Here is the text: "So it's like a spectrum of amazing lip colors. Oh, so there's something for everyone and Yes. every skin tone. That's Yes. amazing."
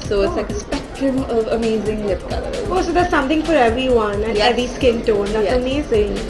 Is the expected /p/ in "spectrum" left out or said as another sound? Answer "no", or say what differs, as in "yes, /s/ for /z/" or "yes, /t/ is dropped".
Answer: no